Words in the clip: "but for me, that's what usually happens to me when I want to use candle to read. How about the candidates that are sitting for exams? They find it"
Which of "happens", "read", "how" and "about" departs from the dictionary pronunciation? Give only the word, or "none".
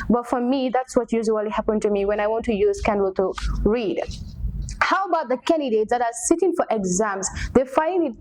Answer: happens